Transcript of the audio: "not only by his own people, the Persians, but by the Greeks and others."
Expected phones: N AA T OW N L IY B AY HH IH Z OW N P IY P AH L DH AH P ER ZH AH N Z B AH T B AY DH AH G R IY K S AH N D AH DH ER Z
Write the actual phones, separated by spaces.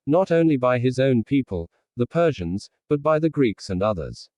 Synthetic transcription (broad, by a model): N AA T OW N L IY B AY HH IH Z OW N P IY P AH L DH AH P ER ZH AH N Z B AH T B AY DH AH G R IY K S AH N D AH DH ER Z